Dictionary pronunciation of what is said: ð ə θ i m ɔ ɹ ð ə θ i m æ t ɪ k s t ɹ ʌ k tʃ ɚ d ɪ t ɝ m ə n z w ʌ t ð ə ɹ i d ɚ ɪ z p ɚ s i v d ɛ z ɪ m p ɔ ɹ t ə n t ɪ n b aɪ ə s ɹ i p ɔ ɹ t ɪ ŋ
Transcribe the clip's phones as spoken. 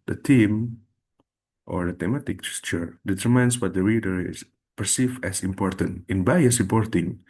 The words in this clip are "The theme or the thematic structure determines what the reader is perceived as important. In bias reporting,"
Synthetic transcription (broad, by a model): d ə t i m ɔ ɹ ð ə t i m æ t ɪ k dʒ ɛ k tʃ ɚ d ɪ t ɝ m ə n s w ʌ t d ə ɹ i d ɚ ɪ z p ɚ s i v ɛ s ɪ m p ɔ ɹ t ə n t ɪ n b aɪ ə s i p ɔ ɹ t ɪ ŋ